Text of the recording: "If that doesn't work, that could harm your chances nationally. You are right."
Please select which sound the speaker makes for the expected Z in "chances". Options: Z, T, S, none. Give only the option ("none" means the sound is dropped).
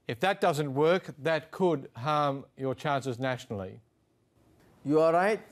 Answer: Z